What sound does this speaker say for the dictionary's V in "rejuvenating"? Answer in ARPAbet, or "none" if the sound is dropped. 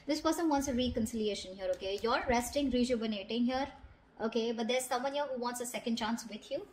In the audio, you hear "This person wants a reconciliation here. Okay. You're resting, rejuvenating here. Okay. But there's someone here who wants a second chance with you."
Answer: B